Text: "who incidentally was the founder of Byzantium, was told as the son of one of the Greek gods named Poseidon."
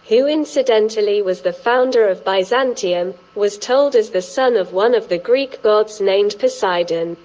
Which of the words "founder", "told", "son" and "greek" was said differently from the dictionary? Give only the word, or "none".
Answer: none